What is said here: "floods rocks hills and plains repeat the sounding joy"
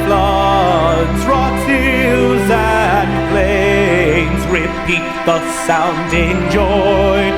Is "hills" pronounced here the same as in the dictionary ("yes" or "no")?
no